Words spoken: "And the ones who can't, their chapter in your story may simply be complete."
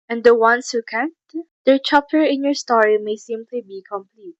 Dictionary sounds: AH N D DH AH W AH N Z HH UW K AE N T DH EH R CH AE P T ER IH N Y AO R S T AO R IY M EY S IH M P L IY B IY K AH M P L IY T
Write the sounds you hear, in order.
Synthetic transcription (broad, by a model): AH N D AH W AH N S HH UW K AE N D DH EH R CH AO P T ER IH N Y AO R S T AO R IY M EY S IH M P L IY B IY K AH M P L IY T